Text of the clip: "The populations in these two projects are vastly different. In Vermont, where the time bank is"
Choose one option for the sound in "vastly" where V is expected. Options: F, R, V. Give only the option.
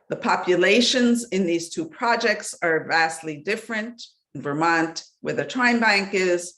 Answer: V